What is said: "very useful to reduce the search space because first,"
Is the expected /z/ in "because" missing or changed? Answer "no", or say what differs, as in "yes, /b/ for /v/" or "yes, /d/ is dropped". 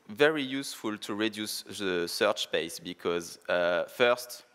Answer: no